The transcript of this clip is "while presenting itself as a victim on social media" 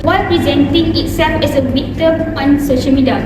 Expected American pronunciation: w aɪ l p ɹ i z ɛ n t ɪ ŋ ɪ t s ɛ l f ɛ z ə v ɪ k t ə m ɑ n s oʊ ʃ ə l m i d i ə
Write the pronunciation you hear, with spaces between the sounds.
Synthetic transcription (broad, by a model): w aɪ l p ɹ i z ɛ n t ɪ ŋ ɪ t s ɛ l f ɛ s ə w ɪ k t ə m ɑ n s oʊ ʃ ə l m i d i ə